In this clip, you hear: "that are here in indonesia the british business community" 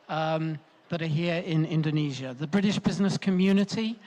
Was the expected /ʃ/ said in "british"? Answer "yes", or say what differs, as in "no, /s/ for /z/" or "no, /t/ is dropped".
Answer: yes